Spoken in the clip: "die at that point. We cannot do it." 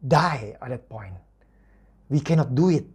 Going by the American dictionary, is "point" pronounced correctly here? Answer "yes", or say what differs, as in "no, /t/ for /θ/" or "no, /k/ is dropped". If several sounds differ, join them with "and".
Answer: yes